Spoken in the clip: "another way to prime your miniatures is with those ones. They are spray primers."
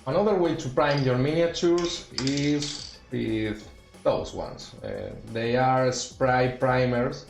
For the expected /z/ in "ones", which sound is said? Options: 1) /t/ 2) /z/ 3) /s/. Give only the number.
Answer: 3